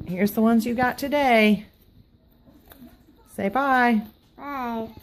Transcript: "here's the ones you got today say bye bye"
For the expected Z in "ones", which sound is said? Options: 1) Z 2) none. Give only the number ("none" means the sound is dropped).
1